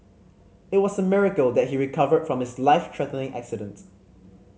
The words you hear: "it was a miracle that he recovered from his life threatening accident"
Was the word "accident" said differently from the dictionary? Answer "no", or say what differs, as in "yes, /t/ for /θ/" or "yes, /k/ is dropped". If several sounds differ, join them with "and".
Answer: no